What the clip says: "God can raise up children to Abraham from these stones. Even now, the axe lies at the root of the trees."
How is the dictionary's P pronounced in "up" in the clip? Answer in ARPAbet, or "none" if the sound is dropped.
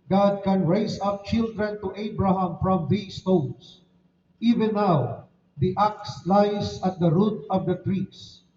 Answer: P